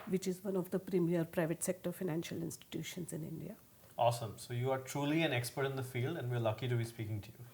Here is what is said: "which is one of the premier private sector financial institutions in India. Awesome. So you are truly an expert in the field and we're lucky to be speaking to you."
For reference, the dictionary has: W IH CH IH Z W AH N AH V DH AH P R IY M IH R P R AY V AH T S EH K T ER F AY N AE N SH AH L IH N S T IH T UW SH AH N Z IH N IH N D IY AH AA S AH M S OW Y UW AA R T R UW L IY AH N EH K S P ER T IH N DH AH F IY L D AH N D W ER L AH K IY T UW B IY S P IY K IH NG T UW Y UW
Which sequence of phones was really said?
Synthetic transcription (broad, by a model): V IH CH IH Z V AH N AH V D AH P R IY M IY R P R AY V AH T S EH K T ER F AY N AE N SH AH L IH N S T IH T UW SH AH N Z IH N IH N D IY AH AA S AH M S OW Y UW AA R T R UW L IY AH N EH K S P ER T IH N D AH F IY L D AH N D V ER L AH K IY T UW B IY S P IY K IH NG T UW Y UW